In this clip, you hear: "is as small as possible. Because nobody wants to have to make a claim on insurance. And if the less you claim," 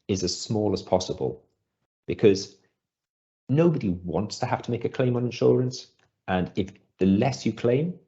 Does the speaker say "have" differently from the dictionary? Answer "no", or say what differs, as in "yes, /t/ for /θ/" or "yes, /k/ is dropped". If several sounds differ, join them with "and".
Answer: yes, /f/ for /v/